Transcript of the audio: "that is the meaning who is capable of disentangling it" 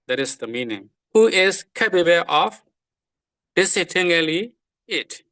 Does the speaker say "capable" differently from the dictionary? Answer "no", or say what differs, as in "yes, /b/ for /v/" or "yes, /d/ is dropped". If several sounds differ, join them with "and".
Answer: yes, /b/ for /p/